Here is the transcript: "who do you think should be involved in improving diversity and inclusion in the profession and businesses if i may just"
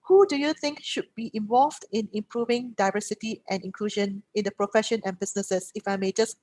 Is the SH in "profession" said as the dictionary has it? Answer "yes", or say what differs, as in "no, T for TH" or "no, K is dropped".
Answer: yes